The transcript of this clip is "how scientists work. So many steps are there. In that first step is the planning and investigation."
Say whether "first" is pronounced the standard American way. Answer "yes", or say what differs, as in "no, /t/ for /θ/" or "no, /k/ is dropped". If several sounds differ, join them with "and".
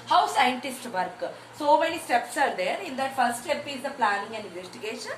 no, /s/ is dropped